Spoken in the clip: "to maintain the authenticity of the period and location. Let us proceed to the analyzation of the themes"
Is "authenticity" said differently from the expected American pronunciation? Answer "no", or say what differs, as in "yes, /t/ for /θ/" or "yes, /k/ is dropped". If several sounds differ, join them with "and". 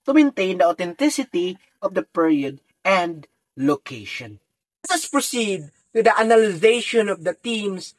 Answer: yes, /t/ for /θ/